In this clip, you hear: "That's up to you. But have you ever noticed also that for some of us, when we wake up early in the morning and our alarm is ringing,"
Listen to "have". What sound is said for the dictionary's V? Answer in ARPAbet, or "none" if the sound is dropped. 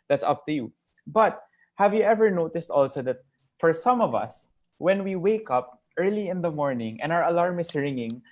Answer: V